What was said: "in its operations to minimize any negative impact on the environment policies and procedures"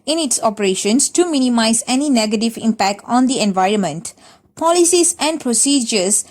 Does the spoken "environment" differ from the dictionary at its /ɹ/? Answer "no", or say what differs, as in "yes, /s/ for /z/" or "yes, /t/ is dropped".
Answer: no